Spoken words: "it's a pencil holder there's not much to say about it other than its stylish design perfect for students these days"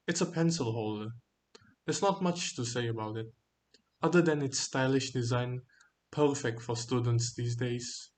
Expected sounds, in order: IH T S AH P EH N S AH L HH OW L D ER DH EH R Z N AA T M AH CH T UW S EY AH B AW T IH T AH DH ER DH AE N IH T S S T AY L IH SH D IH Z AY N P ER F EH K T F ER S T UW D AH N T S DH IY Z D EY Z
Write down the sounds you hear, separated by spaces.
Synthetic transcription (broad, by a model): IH T S AH P EH N S AH L HH OW L D ER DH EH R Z N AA T M AH CH T UW S EY AH B AW T IH T AH DH ER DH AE N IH T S S T AY L IH SH D IH Z AY N P ER F EH K T F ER S T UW D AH N T S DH IY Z D EY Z